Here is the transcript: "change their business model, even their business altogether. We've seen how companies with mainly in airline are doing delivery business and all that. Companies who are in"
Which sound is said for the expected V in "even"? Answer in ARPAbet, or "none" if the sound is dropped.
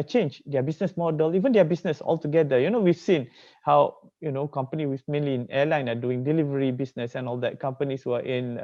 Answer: V